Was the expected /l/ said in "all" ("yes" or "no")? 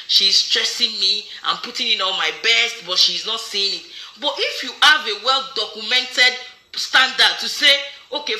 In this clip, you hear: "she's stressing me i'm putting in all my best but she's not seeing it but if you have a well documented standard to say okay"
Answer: no